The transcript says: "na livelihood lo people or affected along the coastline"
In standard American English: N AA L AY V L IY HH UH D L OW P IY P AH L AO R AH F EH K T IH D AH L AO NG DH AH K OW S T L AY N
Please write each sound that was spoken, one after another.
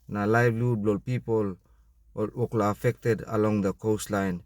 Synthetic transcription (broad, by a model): N AA L AY B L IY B L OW P IY P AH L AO L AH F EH K T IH D AH L AO NG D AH K OW S T L AY N